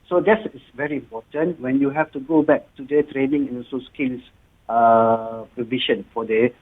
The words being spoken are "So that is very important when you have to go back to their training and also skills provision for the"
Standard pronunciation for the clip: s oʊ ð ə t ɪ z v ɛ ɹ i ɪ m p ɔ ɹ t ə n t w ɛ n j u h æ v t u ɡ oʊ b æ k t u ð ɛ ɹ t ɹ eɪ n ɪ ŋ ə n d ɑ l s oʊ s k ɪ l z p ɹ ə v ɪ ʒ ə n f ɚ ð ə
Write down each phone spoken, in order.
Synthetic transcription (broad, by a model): s oʊ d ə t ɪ s v ɛ ɹ i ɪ m p ɔ t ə n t w ɛ n j u h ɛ f t u ɡ oʊ b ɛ k t u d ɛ t ɹ eɪ n ɪ ŋ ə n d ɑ s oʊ s k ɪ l s p ɹ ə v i ʃ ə n f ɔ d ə